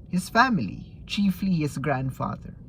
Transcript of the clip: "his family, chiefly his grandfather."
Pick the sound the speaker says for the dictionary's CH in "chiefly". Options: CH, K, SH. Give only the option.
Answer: CH